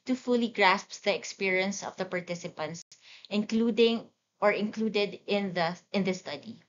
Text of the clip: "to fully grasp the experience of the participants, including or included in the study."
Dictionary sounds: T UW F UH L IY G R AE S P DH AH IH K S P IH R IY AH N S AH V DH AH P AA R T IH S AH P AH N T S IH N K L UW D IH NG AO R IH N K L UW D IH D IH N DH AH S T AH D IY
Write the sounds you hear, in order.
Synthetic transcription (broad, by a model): T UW F UH L IY G R AE S P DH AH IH K S P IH R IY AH N S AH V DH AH P AA R T IH S AH P AH N T S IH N K L UW D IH NG AO R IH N K L UW D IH D IH N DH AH S T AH D IY